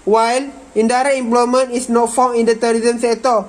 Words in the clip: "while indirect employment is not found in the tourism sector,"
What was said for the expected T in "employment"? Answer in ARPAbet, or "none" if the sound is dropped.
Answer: none